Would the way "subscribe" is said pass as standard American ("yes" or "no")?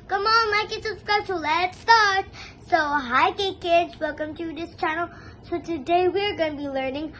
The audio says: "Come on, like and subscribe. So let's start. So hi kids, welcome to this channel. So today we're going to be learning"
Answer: no